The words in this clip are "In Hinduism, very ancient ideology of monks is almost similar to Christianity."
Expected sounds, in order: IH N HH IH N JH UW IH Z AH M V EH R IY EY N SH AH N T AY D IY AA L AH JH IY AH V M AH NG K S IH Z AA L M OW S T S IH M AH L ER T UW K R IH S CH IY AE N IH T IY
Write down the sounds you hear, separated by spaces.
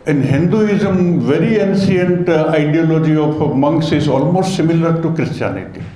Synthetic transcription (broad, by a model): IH N HH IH N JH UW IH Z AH M V EH R IY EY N S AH N T AY D IY AA L AH JH IY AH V M AH NG K S IH Z AA L M OW S T S IH M AH L ER T UW K R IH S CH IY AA N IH T IY